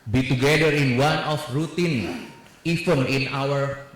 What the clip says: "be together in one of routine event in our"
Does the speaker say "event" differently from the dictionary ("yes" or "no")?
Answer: yes